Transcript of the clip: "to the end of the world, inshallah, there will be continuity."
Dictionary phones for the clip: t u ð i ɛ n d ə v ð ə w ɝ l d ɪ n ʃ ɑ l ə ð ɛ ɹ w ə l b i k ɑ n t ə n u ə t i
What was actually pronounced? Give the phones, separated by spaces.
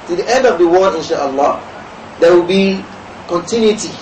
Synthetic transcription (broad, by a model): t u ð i ɛ n d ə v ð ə w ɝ d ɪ n ʃ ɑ l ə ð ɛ w ə l b i k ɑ n t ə n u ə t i